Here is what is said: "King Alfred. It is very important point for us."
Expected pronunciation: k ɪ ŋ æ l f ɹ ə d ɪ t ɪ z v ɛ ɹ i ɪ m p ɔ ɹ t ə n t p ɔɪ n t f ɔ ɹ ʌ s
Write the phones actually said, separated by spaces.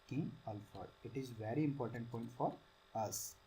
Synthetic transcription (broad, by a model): k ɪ ŋ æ l f ə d ɪ t ɪ z v ɛ ɹ i ɪ m p ɔ ɹ t ə n t p ɔɪ n t f ɔ ɹ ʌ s